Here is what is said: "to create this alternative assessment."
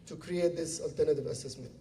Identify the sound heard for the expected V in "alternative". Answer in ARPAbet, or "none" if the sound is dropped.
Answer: V